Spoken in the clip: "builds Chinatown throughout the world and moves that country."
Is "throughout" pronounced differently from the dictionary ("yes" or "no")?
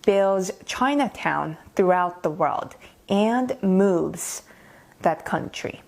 no